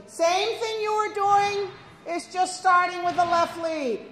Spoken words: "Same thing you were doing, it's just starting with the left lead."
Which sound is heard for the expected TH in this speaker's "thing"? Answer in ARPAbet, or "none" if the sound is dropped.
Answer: TH